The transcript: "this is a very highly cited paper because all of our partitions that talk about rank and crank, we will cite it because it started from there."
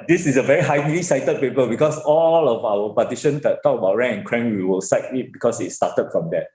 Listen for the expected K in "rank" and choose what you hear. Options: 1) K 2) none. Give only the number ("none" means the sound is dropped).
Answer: 2